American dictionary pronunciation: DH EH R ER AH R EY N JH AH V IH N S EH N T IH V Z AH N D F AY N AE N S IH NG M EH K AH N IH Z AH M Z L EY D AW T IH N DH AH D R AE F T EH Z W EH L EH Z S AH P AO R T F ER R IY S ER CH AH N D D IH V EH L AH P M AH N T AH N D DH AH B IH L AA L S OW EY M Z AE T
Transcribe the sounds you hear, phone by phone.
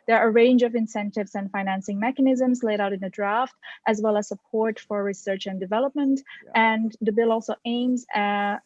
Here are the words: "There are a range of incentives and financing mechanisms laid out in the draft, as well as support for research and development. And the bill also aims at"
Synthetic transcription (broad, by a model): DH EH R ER AH R EY N JH AH V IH N S EH N T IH V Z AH N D F AY N AE N S IH NG M EH K AH N IH Z AH M Z L EY D AW T IH N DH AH D R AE F T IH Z W EH L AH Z S AH P AO R T F ER R IY S ER CH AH N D D IH V EH L AH P M AH N T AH N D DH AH B IH L AA L S OW EY M Z